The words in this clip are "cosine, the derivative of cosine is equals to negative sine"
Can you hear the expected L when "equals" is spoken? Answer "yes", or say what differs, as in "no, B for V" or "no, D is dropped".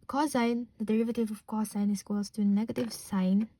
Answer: no, L is dropped